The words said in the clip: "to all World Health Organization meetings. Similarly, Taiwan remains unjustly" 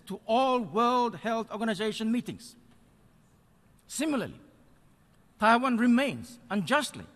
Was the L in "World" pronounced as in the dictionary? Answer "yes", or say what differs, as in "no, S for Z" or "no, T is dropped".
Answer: yes